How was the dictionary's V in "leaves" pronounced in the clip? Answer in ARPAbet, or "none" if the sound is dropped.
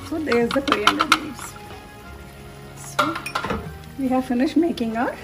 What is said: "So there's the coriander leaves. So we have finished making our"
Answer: none